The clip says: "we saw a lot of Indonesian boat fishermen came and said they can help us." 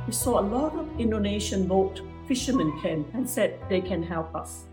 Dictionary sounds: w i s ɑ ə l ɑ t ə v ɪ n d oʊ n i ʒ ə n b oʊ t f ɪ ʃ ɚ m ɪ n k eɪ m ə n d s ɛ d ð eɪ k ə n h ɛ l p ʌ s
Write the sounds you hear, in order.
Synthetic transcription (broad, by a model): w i s ɑ ə l ɑ t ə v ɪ n d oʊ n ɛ ʃ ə n b oʊ t f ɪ ʃ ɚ m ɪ n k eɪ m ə n s ɛ d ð eɪ k ə n h ɛ l p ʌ s